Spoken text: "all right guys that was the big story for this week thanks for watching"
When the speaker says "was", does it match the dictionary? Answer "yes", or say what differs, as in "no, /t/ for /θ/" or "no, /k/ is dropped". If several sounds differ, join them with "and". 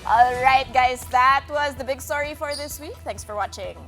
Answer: yes